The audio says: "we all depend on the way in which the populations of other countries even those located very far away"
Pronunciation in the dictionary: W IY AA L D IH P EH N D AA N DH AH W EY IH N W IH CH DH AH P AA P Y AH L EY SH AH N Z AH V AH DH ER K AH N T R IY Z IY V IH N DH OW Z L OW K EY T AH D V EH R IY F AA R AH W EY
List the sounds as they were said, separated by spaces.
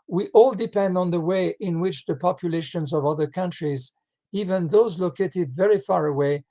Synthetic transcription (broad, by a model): W IY AA L D IH P EH N D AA N DH AH W EY IH N W IH CH DH AH P AA P Y AH L EY SH AH N Z AH V AH DH ER K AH N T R IY Z IY V IH N DH OW Z L OW K EY T AH D V EH R IY F AA R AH W EY